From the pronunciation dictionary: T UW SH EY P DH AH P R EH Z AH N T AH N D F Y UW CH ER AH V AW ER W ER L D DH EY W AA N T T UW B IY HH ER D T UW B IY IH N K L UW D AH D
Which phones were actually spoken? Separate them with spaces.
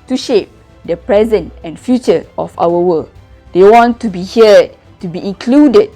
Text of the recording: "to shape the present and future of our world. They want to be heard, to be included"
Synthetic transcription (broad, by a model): T UW SH EY P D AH P R EH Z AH N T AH N F Y UW CH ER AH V AW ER W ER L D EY W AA N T T UW B IY HH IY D T UW B IY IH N K L UW D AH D